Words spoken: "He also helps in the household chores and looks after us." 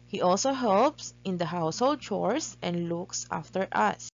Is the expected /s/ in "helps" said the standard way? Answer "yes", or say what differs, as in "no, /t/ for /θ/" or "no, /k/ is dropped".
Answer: yes